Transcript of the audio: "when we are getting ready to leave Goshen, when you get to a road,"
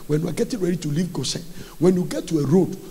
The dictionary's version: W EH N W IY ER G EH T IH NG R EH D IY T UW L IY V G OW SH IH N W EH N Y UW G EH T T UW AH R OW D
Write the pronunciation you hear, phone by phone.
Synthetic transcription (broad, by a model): W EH N W IY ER G EH T IH NG R EH D IY T UW L IY V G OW S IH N W EH N Y UW G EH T T UW AH R OW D